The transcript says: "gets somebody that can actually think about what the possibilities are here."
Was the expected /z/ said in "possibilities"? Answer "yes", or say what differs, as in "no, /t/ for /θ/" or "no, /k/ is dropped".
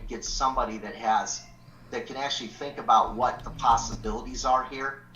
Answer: yes